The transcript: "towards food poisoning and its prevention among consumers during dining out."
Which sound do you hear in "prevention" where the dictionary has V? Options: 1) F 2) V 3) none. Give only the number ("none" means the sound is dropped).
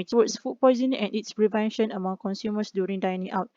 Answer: 2